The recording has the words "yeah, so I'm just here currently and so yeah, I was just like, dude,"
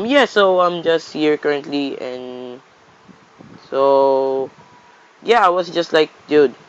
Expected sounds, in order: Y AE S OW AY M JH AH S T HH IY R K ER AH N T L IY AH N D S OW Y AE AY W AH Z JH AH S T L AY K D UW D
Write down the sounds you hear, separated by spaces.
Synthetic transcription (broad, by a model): Y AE S OW AY M JH AH S T HH IY R K ER AH N T L IY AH N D S OW Y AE AY W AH S JH AH S T L AY K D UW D